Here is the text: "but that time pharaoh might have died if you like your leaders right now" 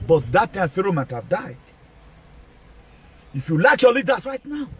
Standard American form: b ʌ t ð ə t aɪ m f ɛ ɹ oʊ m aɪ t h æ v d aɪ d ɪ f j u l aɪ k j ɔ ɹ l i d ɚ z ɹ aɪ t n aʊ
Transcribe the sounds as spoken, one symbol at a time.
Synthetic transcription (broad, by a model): b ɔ t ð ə t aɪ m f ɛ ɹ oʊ m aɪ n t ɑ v d aɪ d ɪ f j u l aɪ k j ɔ l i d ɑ s ɹ aɪ t n aʊ